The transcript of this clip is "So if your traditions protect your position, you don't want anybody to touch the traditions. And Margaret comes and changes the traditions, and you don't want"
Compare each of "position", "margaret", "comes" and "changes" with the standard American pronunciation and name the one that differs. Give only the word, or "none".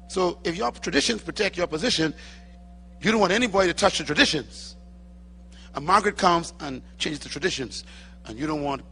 none